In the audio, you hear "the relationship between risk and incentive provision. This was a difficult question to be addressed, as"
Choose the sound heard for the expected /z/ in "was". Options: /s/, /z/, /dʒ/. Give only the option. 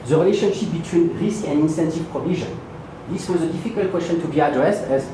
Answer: /z/